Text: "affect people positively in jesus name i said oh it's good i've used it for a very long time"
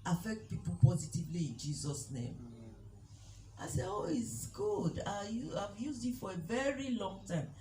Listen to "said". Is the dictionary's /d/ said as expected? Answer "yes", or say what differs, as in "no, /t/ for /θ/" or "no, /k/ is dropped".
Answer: no, /d/ is dropped